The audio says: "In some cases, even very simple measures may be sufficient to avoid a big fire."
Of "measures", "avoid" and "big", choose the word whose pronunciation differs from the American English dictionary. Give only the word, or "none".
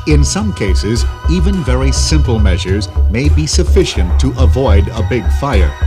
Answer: none